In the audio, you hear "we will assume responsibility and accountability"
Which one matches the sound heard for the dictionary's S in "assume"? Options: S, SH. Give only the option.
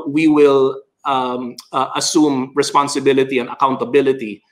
S